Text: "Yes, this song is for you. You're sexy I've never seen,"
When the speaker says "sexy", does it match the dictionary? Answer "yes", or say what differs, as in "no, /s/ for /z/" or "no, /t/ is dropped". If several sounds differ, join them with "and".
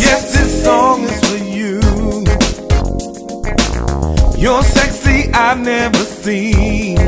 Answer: yes